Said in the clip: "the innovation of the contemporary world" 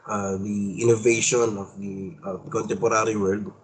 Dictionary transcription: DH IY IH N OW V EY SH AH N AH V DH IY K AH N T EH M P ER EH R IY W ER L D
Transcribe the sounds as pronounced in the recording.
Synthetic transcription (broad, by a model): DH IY IH N OW V EY SH AH N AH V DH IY K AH N T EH M P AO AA R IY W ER L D